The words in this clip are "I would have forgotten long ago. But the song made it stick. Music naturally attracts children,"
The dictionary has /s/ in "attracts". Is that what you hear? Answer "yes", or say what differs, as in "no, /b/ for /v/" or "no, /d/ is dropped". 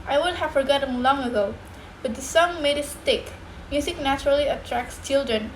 yes